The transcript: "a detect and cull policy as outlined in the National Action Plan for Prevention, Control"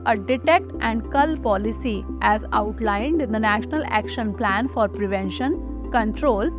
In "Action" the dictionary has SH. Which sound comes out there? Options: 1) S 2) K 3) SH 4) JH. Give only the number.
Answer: 3